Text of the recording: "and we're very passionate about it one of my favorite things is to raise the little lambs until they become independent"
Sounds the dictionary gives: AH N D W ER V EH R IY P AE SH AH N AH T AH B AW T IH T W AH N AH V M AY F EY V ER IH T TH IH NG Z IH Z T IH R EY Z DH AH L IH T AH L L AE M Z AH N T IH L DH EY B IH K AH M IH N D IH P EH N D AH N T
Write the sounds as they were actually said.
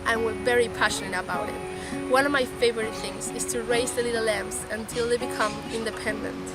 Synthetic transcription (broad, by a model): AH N W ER V EH R IY P AE SH AH N AH T AH B AW T IH T W AH N AH V M AY F EY V ER IH T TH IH NG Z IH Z T IH R EY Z DH AH L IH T L L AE M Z AH N T IH L DH EY B IH K AH M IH N D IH P EH N D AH N T